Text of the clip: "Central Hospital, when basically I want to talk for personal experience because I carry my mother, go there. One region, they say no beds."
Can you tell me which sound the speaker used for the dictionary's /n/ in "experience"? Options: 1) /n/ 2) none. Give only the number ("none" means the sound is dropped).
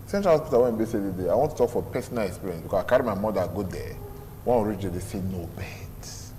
2